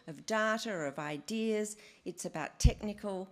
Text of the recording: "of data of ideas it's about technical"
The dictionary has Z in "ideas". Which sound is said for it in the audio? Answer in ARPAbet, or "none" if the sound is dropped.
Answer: Z